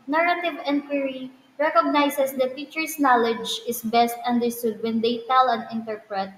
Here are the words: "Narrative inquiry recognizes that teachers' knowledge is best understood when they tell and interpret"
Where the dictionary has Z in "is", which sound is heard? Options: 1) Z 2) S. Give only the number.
2